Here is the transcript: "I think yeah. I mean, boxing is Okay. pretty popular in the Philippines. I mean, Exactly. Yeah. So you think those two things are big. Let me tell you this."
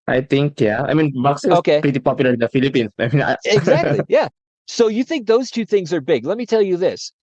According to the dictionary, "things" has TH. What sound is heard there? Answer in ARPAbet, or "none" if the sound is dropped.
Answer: TH